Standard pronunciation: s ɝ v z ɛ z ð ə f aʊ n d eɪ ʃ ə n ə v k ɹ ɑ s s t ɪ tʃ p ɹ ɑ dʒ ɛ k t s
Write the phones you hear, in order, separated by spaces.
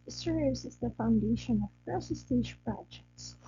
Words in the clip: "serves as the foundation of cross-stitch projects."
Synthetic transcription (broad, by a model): s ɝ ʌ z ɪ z ð ə f aʊ n d eɪ ʃ ə n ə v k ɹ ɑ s s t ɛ ʃ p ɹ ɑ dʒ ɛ k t s